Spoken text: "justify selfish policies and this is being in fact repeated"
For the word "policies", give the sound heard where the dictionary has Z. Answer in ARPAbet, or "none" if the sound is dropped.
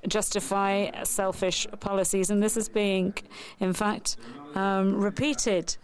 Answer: Z